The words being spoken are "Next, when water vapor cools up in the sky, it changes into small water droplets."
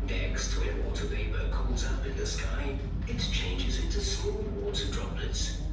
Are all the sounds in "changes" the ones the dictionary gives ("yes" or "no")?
yes